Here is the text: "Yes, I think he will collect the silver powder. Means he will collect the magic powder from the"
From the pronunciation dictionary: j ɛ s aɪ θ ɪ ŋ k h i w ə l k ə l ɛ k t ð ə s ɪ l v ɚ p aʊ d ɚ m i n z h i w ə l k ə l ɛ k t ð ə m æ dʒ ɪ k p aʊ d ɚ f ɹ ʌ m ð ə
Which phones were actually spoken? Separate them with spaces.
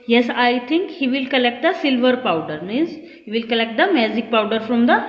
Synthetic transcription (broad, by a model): j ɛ s aɪ t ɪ ŋ k h i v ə l k ə l ɛ k t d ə s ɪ l v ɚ p aʊ d ɚ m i z h i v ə l k ə l ɛ k t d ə m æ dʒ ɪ k p aʊ d ɚ f ɹ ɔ m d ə